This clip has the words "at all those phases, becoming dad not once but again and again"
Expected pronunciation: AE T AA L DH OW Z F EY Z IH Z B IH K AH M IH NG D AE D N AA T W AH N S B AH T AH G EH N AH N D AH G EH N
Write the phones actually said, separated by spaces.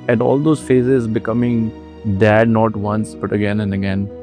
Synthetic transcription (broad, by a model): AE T AA L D OW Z F EY Z IH Z B IH K AH M IH NG D AE D N AA T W AH N S B AH T AH G EH N AH N D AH G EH N